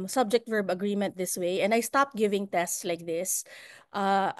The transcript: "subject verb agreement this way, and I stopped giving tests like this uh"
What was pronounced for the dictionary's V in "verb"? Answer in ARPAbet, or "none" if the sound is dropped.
V